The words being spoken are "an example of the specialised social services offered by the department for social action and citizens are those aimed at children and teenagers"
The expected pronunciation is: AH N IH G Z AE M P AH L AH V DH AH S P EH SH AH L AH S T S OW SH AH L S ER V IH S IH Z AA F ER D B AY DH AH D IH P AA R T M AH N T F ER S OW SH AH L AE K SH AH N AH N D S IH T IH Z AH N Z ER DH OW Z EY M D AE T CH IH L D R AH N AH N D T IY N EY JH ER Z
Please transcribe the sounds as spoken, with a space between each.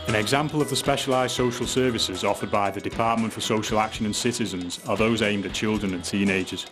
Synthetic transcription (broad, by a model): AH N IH G Z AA M P AH L AH V DH AH S P EH SH AH L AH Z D S OW SH AH L S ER V IH S IH Z AA F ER D B AY DH AH D IH P AA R T M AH N T F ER S OW SH AH L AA K SH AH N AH N S IH T IH Z AH N Z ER DH OW Z EY M D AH CH IH L D R AH N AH N T IY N EY JH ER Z